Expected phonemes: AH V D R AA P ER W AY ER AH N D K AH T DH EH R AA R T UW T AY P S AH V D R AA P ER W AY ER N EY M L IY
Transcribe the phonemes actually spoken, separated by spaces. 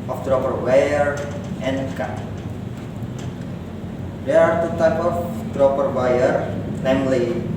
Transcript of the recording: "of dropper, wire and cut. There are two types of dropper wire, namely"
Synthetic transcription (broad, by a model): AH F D R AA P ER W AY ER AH N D K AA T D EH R AA R T UW T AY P AH F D R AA P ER W AY ER N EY M L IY